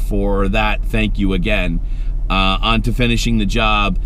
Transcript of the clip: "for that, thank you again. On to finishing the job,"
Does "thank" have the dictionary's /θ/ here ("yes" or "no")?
yes